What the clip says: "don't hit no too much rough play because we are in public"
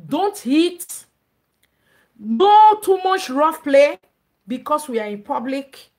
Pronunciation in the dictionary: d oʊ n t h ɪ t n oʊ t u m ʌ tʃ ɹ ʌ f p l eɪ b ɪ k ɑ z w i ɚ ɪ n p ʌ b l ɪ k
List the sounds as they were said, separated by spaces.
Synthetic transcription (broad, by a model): d oʊ n t h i t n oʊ t u m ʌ tʃ ɹ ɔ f p l eɪ b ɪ k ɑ s w i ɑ ɪ n p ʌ b l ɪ k